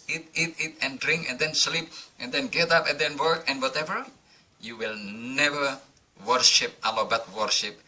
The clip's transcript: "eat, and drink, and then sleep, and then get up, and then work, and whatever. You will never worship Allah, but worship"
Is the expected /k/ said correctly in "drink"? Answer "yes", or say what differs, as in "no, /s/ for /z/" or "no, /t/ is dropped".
yes